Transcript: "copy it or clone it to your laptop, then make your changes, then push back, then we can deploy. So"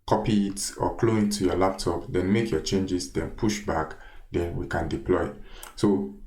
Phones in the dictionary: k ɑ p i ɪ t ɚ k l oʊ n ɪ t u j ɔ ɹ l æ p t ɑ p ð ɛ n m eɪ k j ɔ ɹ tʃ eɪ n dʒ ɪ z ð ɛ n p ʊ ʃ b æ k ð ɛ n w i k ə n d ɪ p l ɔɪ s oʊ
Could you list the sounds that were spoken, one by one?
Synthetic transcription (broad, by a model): k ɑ p i ɪ t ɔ k l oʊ ɪ t u j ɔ l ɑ p t ɑ p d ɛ n m eɪ k j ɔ tʃ eɪ n dʒ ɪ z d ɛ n p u ʃ b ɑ k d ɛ n w i k ə n d ɪ p l ɔɪ s oʊ